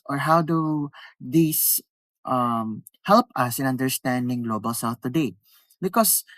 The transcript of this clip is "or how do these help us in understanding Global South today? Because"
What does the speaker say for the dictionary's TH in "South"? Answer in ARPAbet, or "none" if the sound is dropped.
F